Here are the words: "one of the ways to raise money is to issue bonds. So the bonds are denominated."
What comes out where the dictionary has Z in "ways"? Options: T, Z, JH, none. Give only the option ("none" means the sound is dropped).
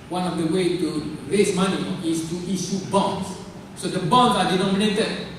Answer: none